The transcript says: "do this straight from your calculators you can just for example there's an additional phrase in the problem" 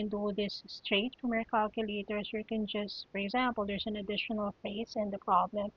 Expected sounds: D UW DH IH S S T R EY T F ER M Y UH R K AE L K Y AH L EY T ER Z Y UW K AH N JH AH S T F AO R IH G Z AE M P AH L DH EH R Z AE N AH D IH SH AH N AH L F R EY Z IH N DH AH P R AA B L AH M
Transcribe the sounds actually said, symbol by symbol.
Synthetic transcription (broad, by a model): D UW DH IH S S T R EY T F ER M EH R K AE L K Y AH L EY T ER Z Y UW K AH N JH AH S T F AO R IH G Z AE M P AH L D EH R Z AE N AH D IH SH AH N AH L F EY S IH N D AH P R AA B L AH M